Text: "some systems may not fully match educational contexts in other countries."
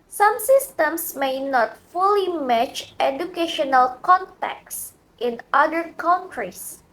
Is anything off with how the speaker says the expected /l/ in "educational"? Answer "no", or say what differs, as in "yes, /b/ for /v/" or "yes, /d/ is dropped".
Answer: no